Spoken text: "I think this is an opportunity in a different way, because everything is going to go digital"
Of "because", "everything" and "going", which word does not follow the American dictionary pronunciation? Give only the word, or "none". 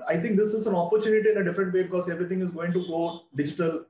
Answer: everything